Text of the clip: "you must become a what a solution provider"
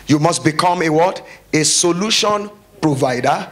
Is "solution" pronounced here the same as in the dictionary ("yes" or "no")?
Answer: yes